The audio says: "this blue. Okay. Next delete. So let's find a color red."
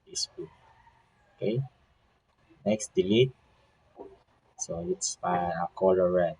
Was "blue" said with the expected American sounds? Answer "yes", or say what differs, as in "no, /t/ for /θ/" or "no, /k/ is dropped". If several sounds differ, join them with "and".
no, /l/ is dropped